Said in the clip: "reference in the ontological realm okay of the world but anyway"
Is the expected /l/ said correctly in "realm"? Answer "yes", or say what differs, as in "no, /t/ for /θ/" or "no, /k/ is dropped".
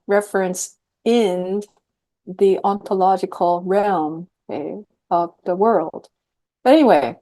yes